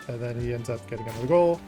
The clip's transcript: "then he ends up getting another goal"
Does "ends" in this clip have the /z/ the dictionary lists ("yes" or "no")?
yes